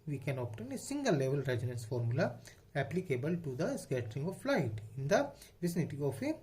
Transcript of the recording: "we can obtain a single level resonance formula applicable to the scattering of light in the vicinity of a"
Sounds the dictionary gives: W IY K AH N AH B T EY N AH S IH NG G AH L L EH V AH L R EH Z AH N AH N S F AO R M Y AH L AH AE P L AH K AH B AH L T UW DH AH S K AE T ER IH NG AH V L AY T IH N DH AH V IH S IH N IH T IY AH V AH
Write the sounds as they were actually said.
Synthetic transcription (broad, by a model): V IY K AH N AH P T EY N AH S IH NG G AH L L EH V AH L R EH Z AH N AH N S F AO R M Y AH L AH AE P L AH K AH B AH L T UW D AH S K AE T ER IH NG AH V L AY T IH N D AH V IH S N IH T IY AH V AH